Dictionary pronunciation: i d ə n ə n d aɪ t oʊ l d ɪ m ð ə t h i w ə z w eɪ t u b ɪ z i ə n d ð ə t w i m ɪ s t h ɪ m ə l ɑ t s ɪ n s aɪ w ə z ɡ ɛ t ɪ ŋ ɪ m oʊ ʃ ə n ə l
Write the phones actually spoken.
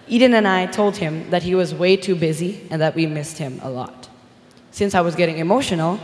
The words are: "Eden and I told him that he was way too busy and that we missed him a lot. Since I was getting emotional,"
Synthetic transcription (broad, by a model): i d n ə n aɪ t oʊ l d ɪ m ð ə t h i w ə z w eɪ t u b ɪ z i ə n ð ə t w i m ɪ s t h ɪ m ə l ɑ t s ɪ n s aɪ w ə z ɡ ɛ t ɪ ŋ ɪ m oʊ ʃ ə n l